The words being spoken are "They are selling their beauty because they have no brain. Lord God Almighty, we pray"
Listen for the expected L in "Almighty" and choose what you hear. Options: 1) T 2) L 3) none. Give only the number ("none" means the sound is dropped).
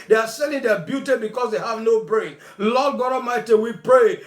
3